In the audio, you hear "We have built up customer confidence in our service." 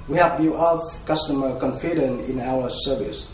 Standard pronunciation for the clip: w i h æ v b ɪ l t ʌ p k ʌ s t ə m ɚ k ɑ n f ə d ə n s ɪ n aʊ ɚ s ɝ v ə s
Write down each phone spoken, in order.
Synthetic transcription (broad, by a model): w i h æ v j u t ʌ f k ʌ s t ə m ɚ k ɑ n f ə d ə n ɪ n aʊ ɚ s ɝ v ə s